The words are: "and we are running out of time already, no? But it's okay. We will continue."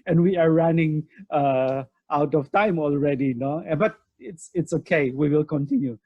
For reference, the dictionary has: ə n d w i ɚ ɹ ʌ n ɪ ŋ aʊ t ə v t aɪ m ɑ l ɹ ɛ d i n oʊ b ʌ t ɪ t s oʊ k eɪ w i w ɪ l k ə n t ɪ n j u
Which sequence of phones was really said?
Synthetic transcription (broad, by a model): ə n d w i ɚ ɹ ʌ n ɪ ŋ aʊ t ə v t aɪ m ɑ l ɹ ɛ d i n oʊ b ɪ t ɪ t s oʊ k eɪ w i w ɪ l k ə n t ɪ n j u